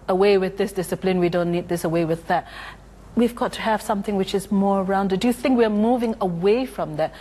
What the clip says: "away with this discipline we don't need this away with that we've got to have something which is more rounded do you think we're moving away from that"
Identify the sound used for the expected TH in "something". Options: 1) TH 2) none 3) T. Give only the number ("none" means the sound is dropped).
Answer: 1